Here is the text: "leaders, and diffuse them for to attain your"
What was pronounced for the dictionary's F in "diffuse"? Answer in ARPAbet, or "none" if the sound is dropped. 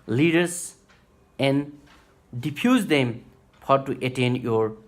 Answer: P